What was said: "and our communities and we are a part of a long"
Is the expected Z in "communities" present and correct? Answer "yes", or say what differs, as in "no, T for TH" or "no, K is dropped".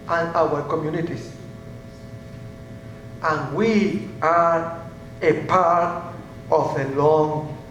no, S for Z